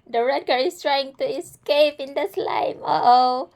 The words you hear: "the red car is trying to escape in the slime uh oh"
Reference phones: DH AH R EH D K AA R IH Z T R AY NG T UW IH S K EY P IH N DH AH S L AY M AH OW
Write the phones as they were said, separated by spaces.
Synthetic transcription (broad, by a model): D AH R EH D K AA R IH S T R AY NG T UW IH S K EY P IH N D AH S L AY M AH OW